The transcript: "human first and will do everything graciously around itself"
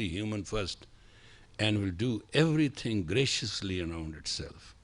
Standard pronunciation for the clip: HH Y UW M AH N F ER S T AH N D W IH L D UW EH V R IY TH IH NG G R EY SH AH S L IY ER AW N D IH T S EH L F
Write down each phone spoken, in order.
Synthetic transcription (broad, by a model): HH Y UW M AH N F ER S T AH N D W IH L D UW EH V R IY T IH NG G R EY SH AH S L IY ER AW N D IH T S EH L F